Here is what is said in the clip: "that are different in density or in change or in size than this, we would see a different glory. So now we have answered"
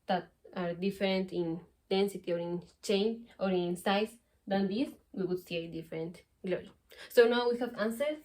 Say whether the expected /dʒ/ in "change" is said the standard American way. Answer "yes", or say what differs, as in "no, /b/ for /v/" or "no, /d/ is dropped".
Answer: no, /dʒ/ is dropped